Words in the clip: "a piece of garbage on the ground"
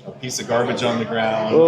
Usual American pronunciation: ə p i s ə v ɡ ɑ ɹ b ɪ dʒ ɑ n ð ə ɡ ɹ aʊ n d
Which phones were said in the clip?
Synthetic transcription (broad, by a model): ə p i s ə v ɡ ɑ ɹ b ɪ dʒ n ð ə ɡ ɹ aʊ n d